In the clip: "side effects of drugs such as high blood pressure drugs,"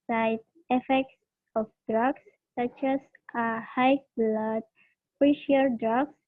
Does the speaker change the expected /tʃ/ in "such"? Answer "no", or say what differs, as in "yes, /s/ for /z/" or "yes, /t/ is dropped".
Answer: no